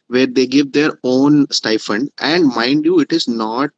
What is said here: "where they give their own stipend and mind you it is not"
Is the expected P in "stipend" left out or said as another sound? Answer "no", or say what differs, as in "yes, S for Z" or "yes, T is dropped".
yes, F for P